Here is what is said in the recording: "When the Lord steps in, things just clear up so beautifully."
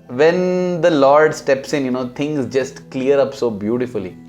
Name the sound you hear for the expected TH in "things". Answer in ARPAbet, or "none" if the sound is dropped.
T